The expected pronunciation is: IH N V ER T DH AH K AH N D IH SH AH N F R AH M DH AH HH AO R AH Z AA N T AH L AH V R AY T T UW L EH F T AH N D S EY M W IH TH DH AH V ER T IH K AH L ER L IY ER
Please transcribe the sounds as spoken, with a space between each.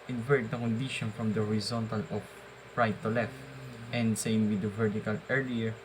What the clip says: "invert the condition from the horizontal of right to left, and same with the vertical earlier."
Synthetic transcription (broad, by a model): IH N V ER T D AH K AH N D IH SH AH N F R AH M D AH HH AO R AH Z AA N T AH L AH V R AY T T UW L EH F T AH N D S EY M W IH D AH V ER T IH K AH L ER L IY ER